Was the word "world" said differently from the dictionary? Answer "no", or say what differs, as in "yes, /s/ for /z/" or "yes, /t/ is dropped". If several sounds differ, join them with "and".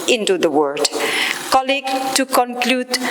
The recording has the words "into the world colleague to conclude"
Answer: yes, /l/ is dropped